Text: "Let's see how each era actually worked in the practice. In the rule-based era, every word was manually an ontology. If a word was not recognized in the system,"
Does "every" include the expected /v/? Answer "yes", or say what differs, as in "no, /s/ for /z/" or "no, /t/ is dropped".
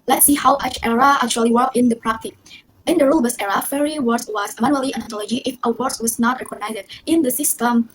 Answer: no, /v/ is dropped